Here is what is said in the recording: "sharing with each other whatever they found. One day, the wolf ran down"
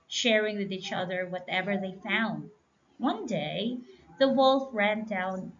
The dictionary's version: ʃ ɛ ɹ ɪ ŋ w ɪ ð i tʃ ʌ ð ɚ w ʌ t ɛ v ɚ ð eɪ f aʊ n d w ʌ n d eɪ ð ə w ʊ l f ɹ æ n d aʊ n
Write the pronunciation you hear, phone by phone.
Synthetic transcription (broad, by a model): ʃ ɛ ɹ ɪ ŋ w ɪ ð i tʃ ʌ ð ɚ w ʌ t ɛ v ɚ ð eɪ f aʊ n d w ʌ n d eɪ ð ə w ʊ l f ɹ æ n d aʊ n